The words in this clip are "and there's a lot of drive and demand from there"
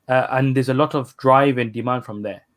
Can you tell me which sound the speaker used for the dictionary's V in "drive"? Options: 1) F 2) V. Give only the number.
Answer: 2